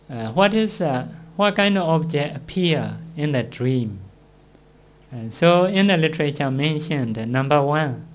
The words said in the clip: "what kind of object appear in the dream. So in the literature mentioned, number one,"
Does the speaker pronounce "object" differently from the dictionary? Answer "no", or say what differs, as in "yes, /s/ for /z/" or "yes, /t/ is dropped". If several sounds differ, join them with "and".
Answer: yes, /t/ is dropped